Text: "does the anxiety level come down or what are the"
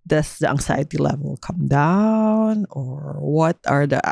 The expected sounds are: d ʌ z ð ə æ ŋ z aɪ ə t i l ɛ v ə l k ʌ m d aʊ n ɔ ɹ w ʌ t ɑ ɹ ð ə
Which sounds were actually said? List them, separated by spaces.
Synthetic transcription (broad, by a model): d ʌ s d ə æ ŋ s aɪ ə t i l ɛ v ə l k ʌ m d aʊ n ɔ ɹ w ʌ t ɑ ɹ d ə